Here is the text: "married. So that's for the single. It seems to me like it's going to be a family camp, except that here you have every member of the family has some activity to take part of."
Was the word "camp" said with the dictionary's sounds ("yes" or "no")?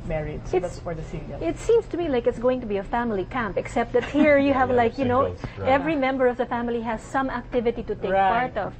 yes